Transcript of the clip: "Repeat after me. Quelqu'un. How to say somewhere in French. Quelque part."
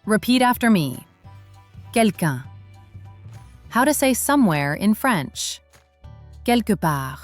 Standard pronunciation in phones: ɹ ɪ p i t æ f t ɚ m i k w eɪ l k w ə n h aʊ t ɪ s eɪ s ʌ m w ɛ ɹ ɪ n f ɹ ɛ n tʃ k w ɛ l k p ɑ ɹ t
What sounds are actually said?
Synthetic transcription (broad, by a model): ɹ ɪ p i t æ f t ɚ m i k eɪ l k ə h aʊ t ɪ s eɪ s ʌ m w ɛ ɹ ɪ n f ɹ ɛ n tʃ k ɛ l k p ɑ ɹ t